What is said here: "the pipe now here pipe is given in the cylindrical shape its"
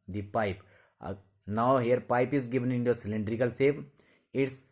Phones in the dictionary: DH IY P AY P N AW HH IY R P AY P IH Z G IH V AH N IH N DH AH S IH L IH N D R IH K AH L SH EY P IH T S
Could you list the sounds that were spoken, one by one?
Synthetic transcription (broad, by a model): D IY P AY P N AW HH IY R P AY P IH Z G IH V AH N IH N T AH S IH L IH N D R IH K AH L S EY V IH T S